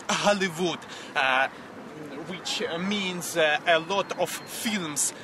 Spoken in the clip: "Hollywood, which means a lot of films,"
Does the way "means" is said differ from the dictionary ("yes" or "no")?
no